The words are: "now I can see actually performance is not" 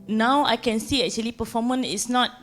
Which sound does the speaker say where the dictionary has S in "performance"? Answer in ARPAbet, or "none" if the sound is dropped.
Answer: none